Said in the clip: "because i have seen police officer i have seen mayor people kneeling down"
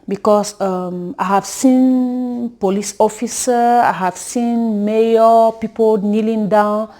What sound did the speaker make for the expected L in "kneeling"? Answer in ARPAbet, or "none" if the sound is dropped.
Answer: L